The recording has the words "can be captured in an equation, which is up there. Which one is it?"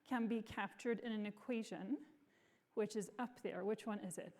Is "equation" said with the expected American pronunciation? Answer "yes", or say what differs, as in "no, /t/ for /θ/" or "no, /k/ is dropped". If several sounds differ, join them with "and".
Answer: yes